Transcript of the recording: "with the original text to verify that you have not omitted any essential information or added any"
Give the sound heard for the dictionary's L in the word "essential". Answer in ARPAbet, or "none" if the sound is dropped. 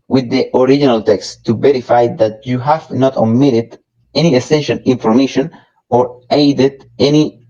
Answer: N